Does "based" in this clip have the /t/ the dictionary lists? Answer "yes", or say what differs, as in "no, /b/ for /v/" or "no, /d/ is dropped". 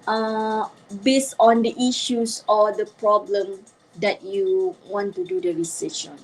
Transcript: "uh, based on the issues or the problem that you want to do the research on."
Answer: yes